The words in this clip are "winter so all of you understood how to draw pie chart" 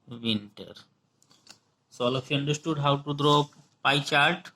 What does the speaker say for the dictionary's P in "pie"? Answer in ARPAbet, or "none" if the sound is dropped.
P